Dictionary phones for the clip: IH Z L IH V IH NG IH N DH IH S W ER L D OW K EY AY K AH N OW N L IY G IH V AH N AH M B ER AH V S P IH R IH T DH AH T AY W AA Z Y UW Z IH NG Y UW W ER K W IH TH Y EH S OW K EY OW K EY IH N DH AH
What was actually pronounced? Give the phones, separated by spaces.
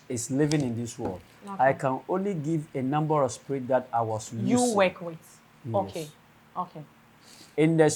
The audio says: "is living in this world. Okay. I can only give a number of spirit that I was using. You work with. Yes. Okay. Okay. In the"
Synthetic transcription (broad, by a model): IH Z L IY V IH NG IH N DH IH S W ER L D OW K AY K AH N OW N L IY G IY V AH N AH M B ER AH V S P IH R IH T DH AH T AY W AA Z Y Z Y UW W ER K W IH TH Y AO EH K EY OW K EY IH N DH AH